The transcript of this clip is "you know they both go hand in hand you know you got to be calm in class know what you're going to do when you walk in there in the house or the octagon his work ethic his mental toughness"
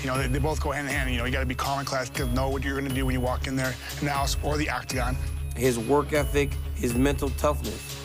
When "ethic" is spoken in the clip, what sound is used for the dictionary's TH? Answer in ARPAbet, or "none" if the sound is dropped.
TH